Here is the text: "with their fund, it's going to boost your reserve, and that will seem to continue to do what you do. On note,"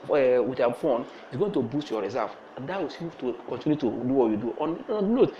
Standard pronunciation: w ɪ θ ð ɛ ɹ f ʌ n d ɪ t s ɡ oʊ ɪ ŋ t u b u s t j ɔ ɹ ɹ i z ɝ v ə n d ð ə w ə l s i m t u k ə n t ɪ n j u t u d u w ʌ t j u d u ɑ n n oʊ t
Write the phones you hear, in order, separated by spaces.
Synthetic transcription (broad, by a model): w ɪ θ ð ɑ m f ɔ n ɪ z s ɡ oʊ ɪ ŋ t u b u s t j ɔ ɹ ɹ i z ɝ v ə n d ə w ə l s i t u k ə n t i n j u t u d u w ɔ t j u d u ɑ n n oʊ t